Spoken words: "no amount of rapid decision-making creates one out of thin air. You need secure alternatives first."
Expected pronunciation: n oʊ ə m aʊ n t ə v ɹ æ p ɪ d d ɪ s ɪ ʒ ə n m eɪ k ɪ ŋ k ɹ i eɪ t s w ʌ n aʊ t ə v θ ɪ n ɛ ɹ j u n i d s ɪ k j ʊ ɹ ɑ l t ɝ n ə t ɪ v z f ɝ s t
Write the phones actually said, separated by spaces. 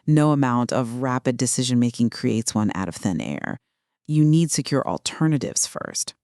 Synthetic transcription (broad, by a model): n oʊ ə m aʊ n t ə v ɹ æ p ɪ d d ɪ s ɪ ʒ ə n m eɪ k ɪ ŋ k ɹ i eɪ t s w ʌ n aʊ t ə v θ ɪ n ɛ ɹ j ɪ n i d s ɪ k j ʊ ɹ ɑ l t ɝ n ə t ɪ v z f ɝ s t